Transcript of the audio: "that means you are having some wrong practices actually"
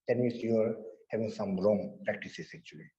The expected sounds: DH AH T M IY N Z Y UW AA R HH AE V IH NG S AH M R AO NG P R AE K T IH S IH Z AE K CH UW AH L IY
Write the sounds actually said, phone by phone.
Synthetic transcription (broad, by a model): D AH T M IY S Y UW AA R HH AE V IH NG S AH M R AO NG P R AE K T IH S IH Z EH K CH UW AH L IY